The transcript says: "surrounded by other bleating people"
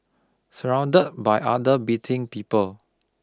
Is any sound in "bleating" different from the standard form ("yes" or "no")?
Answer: yes